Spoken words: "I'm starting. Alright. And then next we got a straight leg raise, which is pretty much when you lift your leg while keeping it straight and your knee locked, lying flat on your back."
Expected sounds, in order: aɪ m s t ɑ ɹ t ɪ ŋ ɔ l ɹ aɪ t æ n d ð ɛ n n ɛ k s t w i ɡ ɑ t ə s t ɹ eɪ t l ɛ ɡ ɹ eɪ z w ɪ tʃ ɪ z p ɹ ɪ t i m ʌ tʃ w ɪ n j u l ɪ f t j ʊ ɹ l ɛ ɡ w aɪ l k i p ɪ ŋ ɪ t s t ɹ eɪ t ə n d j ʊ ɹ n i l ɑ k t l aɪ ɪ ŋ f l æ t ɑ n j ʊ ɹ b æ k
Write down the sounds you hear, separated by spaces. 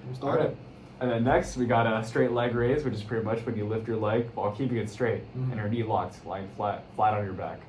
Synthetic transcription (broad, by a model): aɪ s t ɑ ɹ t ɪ n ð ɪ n n ɛ k s t w i ɡ ɑ t ə s t ɹ eɪ t l ɛ ɡ ɹ eɪ z w ɪ tʃ ɪ z p ɹ ɪ t i m ʌ tʃ w ɪ n j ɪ l ɪ f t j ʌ ɹ l ɛ ɡ w aɪ l k i p ɪ ŋ ɪ t s t ɹ eɪ t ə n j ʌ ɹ n i l ɑ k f l aɪ ɪ ŋ f l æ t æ n j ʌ ɹ b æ k